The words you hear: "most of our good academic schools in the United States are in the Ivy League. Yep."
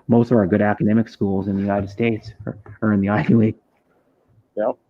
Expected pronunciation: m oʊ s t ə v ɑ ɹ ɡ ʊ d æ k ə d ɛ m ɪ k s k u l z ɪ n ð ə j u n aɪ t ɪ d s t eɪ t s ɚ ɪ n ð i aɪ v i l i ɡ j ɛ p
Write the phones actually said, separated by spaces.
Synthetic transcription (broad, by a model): m oʊ s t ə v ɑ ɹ ɡ ʊ d æ k ə d ɛ m ɪ k s k u l z ɪ n ð ə j u n aɪ t ɪ d s t eɪ t s ɚ ɪ n ð i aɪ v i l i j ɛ